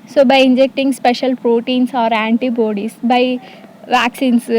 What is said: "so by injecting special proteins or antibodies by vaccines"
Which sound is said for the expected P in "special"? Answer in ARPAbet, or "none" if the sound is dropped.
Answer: P